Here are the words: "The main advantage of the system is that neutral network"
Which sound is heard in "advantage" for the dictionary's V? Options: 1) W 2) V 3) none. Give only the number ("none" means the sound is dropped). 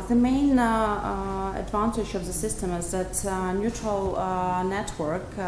2